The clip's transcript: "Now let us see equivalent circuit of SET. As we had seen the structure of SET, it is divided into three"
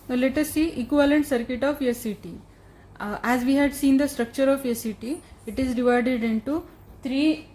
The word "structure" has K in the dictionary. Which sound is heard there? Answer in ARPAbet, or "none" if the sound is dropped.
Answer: K